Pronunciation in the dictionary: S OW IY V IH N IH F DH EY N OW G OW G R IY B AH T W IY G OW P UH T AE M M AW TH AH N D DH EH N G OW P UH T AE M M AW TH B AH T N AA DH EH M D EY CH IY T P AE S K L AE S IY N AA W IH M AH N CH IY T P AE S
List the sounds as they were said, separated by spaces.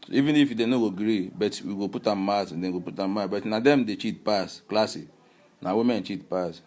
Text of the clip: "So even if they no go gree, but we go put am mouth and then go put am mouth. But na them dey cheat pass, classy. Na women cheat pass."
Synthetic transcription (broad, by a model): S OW IY V IH N IH F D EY N OW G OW G R IY B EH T W IY G OW P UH T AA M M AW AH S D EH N G OW P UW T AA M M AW B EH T N AA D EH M D EY CH IY T P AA S K L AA S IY N AA W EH M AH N CH IY T P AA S